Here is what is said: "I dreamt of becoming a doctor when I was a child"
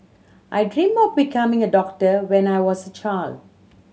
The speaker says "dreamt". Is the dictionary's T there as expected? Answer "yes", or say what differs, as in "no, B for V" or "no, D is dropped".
no, T is dropped